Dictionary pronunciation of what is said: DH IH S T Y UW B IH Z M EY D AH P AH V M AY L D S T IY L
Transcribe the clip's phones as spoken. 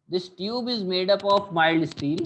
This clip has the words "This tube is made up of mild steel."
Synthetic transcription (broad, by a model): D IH S T Y UW B IH Z M EY D AH P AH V M AY L D S T IY L